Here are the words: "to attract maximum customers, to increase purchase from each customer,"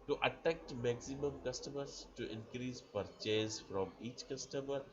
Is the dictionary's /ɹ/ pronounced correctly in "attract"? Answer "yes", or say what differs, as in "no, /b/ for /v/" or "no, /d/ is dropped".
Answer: no, /ɹ/ is dropped